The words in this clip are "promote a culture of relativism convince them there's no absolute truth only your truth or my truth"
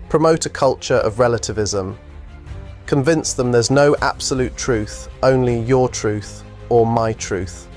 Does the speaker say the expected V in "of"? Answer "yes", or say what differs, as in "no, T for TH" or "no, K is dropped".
yes